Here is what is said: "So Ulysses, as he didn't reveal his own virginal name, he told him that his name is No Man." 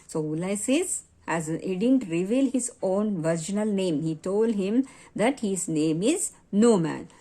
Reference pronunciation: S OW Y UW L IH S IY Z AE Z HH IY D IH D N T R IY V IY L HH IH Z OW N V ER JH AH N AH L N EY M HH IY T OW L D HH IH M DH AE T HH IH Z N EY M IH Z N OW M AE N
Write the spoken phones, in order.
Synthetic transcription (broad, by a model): S OW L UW IH S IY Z AE Z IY D IH D N T R IY V IY L HH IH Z OW N V ER JH AH N AH L N EY M HH IY T OW L D HH IH M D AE T HH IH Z N EY M IH Z N OW M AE N